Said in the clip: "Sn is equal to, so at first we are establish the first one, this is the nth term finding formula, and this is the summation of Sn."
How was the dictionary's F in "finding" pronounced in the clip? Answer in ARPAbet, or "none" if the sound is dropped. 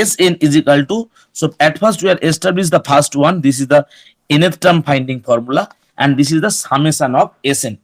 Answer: P